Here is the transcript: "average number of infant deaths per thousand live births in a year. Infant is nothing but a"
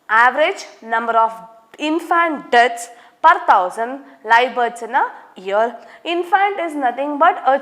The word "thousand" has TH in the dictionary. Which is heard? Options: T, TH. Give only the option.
T